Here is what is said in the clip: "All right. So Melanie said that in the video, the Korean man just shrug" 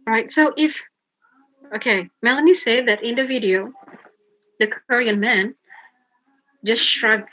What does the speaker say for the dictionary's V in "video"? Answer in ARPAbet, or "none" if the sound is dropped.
V